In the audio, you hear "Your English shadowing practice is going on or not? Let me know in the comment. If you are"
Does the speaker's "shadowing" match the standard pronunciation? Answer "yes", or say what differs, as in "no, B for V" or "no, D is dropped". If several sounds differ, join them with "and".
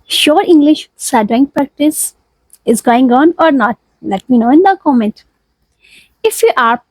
no, S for SH